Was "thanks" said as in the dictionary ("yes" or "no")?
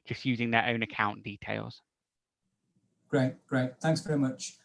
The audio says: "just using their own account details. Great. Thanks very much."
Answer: yes